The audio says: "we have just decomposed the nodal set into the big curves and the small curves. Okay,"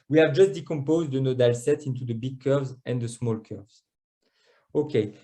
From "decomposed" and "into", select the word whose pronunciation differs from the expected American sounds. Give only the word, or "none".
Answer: none